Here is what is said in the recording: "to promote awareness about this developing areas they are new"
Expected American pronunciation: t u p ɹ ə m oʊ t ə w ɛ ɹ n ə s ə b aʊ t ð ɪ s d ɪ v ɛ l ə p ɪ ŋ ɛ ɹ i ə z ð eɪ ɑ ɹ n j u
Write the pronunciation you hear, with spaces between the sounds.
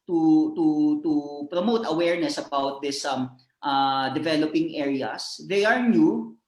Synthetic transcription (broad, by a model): t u p ɹ ə m oʊ t ə w ɛ ɹ n ə s ə b aʊ t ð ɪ s d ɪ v ɛ l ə p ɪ ŋ ɛ ɹ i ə s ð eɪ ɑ ɹ n j u